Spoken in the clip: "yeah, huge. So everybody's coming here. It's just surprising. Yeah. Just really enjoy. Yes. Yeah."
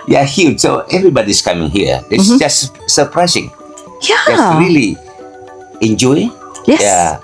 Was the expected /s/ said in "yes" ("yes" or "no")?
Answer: no